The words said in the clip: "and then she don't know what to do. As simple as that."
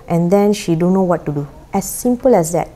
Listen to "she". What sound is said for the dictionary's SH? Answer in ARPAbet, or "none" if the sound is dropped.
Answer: SH